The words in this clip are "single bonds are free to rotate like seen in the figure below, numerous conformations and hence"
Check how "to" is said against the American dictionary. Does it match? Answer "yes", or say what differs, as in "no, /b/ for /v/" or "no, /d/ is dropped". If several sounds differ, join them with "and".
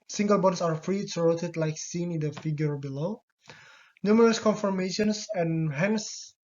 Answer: no, /s/ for /t/